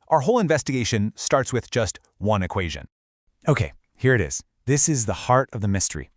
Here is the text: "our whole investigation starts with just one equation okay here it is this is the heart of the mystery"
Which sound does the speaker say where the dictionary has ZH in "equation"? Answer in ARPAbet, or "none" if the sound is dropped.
ZH